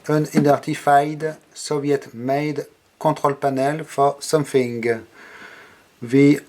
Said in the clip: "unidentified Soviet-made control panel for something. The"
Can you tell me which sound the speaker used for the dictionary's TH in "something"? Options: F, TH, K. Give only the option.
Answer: F